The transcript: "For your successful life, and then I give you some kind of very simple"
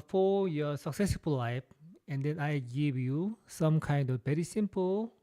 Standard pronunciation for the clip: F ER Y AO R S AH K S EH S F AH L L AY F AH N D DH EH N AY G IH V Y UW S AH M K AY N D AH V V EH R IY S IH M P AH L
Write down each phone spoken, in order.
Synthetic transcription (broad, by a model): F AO Y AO S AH K S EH S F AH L L AY F AH N D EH N AY G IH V Y UW S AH M K AY N D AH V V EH R IY S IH M P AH L